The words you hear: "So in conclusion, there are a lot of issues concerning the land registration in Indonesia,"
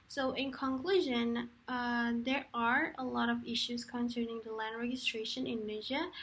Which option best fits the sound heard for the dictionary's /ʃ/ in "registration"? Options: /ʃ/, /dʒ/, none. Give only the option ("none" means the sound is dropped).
none